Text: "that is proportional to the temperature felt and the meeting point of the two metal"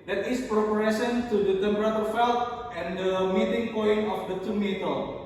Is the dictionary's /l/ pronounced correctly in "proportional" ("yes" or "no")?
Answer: no